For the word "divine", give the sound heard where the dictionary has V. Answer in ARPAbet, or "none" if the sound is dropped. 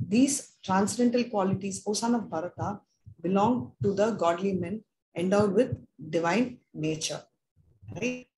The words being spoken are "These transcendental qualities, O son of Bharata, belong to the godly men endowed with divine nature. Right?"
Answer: V